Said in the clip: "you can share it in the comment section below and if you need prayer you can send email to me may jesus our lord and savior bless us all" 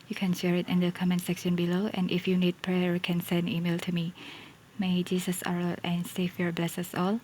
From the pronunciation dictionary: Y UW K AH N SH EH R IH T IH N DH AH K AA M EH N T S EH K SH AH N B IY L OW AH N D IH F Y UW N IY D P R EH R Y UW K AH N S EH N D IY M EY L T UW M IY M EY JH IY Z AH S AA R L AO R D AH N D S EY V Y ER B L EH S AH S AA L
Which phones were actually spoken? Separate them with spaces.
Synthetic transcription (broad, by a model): Y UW K AH N SH EH R IH T IH N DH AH K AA M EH N S EH K SH AH N B IY L OW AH N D IH F Y UW N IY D P R EH R K AH N S EH N D IY M EY L T UW M IY M EY JH IY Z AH S AA R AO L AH N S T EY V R B L EH S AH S AA L